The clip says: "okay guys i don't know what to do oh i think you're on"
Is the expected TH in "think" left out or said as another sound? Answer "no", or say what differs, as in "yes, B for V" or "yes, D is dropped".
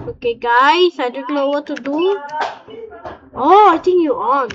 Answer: yes, T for TH